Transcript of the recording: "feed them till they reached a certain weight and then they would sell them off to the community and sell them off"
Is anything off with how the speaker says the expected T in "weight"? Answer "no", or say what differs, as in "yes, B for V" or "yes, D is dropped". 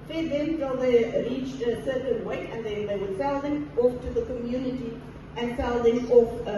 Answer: yes, T is dropped